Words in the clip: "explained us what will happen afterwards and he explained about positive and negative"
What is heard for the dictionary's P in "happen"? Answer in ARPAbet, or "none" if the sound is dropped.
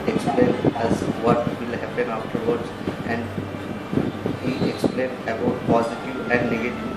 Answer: P